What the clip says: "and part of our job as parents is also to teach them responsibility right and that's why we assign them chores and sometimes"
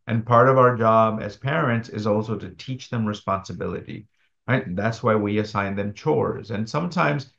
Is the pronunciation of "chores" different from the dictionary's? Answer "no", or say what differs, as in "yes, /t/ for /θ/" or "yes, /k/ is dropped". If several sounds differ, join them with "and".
no